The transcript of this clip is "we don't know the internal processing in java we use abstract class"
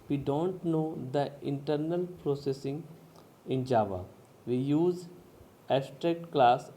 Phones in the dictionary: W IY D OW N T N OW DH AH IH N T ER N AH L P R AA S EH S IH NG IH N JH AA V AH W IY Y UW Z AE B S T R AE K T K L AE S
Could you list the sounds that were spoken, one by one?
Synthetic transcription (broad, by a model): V IY D OW N T N OW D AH IH N T ER N AH L P R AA S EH S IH NG IH N JH AA V AH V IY Y UW Z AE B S T R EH K T K L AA S